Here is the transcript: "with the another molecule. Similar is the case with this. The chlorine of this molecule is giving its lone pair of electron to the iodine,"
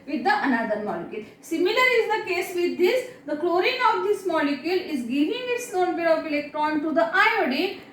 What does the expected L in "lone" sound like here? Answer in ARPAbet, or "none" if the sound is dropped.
N